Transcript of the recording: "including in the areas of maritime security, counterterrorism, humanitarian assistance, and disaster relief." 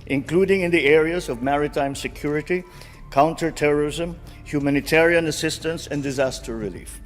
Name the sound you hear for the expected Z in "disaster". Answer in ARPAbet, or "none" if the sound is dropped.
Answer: Z